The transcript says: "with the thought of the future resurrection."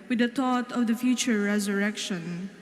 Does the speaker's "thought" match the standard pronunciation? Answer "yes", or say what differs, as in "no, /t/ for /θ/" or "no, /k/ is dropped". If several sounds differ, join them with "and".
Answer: no, /t/ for /θ/